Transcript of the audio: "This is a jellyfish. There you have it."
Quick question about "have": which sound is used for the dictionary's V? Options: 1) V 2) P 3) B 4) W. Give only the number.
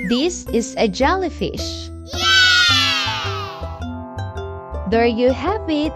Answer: 2